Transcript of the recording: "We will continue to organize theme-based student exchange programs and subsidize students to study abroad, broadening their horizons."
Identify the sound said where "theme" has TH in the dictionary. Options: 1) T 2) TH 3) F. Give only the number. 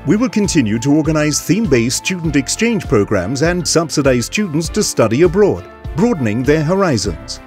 2